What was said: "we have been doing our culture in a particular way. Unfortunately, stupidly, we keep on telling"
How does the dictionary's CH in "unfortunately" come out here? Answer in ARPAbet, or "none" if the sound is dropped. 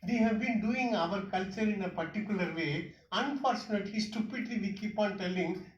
CH